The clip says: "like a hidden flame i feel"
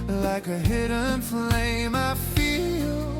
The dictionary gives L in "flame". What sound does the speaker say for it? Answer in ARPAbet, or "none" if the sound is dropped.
L